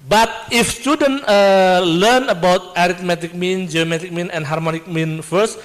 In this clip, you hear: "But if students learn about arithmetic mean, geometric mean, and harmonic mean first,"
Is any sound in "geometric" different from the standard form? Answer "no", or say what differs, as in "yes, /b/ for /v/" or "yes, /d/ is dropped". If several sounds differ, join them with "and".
yes, /ɹ/ is dropped